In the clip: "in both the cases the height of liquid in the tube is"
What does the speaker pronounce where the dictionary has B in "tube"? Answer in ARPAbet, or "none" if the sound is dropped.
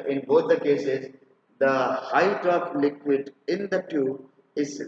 none